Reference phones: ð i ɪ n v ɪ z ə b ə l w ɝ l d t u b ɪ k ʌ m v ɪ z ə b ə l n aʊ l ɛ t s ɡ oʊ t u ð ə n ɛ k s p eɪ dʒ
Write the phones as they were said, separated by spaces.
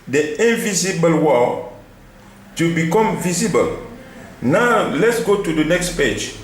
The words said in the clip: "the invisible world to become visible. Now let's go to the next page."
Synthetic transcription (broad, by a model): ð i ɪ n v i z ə b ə l w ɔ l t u b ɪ k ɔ m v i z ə b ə l n aʊ l ɛ t s ɡ oʊ t u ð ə n ɛ k s p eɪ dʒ